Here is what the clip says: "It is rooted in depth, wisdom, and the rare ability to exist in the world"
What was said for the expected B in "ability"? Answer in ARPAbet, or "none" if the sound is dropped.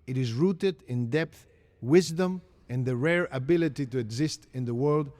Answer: B